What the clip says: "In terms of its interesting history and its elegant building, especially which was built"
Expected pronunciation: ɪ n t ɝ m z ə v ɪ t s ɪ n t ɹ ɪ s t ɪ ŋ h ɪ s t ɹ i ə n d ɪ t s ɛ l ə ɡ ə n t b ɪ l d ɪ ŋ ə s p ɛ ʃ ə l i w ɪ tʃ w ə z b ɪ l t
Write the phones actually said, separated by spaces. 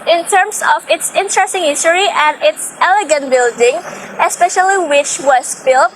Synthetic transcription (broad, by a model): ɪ n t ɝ m s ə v ɪ t s ɪ n t ɹ ɪ s t ɪ ŋ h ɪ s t ɹ i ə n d ɪ t s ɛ l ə ɡ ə n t b ɪ l d ɪ ŋ ə s p ɛ ʃ ə l i w ɪ tʃ w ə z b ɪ l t